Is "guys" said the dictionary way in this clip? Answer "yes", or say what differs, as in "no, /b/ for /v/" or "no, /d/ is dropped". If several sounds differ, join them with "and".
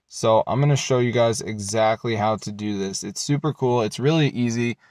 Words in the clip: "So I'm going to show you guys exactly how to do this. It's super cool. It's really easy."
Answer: yes